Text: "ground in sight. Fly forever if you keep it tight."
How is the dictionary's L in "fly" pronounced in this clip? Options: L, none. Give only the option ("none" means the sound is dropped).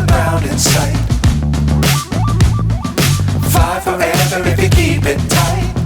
none